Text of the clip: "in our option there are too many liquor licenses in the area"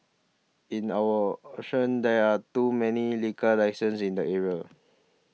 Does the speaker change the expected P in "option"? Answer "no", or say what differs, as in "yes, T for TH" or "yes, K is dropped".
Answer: yes, P is dropped